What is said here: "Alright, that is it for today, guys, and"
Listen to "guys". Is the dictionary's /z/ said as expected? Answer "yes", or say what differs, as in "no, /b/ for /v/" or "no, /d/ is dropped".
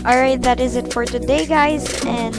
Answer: yes